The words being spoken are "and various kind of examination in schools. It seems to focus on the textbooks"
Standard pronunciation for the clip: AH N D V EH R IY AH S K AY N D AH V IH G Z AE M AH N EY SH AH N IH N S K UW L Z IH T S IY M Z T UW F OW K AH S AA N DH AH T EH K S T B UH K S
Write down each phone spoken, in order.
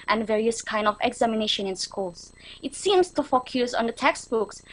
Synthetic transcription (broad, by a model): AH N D V EH R IY AH S K AY N D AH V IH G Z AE M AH N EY SH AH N IH N S K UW L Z IH T S IY M S T UW F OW K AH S AA N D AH T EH K S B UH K S